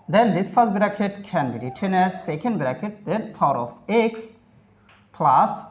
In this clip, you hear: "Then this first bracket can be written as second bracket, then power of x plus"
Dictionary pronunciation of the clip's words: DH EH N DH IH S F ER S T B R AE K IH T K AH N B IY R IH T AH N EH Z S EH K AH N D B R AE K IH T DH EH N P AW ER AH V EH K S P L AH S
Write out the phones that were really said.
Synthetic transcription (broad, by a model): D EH N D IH S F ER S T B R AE K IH T K AH N B IY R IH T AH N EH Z S EH K AH N D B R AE K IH T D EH N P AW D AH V EH K S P L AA S